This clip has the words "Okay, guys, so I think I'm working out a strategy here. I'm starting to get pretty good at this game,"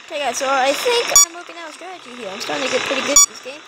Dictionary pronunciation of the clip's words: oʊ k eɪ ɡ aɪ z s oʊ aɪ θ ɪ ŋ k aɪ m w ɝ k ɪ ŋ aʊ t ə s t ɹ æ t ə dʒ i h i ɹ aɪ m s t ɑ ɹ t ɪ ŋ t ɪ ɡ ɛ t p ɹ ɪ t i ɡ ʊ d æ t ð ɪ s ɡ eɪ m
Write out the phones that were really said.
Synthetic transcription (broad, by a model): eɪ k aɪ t s oʊ aɪ θ ɪ ŋ k aɪ m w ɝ k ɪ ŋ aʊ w ə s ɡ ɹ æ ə tʃ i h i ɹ aɪ m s t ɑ ɹ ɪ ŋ t ɪ ɡ ɛ t p ɹ ɪ t i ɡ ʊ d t ð ɪ s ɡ eɪ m